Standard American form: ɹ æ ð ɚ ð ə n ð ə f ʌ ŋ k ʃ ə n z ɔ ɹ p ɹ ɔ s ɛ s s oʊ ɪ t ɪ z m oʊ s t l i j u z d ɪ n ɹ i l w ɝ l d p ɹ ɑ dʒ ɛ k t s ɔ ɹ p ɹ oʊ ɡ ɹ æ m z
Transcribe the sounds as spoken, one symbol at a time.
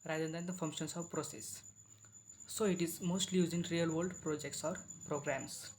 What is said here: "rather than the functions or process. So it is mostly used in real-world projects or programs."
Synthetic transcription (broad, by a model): ɹ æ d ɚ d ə n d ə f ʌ ŋ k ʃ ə n s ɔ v p ɹ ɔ s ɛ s s oʊ ɪ t ɪ z m oʊ s t l i j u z ɪ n ɹ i l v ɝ l d p ɹ ɑ dʒ ɛ k t s ɔ ɹ p ɹ oʊ ɡ ɹ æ m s